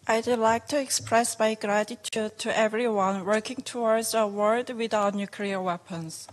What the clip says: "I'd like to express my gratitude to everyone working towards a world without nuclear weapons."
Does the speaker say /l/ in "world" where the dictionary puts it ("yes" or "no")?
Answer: no